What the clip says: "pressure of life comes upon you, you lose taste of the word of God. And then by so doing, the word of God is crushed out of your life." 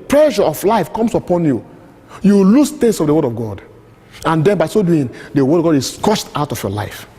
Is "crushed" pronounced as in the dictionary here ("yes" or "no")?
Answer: no